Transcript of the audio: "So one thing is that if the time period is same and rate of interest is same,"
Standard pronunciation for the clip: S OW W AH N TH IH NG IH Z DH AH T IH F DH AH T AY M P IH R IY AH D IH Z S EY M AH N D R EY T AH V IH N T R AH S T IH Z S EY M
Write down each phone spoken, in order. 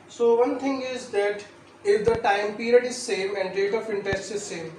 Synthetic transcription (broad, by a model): S OW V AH N T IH NG IH Z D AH T IH F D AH T AY M P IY R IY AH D IH Z S EY M AH N D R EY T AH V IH N T AH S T IH Z S EY M